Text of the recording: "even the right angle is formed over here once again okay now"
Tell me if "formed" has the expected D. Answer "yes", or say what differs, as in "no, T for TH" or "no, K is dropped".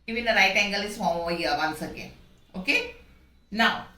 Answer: no, D is dropped